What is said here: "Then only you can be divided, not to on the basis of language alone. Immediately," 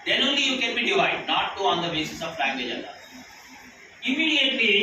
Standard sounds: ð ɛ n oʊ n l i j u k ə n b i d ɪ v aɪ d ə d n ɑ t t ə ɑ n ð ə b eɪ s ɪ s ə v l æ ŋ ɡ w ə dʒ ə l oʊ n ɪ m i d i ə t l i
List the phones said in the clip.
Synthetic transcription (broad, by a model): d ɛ n oʊ n l i j u k ə n b i d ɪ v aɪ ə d n ɑ t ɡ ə ɑ n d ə b eɪ s ɪ s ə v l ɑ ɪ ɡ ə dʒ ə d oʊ ɪ m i d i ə t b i